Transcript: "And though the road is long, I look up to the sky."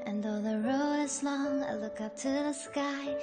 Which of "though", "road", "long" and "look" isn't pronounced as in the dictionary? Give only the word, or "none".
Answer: road